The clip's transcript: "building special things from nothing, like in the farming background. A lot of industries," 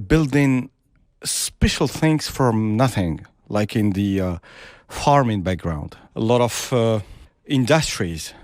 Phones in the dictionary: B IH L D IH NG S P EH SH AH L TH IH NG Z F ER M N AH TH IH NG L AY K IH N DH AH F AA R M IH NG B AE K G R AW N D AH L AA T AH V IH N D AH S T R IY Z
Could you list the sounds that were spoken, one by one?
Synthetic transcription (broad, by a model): B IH L D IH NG S P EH SH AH L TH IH NG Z F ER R N AH TH IH NG L AY K IH N DH AH F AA R M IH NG B AE K G R AW N D AH L AA T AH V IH N D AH S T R IY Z